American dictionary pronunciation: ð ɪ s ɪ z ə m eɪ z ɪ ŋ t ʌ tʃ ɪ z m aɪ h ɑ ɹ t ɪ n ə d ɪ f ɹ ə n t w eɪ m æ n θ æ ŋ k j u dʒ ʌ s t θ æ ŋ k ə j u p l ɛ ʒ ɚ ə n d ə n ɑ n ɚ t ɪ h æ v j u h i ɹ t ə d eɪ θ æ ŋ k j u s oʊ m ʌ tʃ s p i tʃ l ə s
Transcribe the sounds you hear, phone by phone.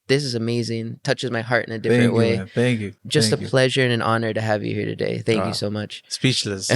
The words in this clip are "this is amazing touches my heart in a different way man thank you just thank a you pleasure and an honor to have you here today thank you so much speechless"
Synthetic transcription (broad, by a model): ð ɪ s ɪ z ə m eɪ z ɪ ŋ t ʌ tʃ ɪ z m aɪ h ɑ ɹ t ɪ n ə d ɪ f ɹ ə n t w eɪ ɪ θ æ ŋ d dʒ ʌ s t ə p l ɛ ʒ ɚ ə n ə n ɑ n ɚ t ɪ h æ v j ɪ h i ɹ t ə d eɪ θ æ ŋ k j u s oʊ m ʌ tʃ s p i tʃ l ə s